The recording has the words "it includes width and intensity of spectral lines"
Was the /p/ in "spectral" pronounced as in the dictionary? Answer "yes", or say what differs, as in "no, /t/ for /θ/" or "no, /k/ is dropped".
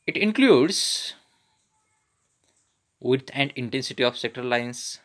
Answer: no, /p/ is dropped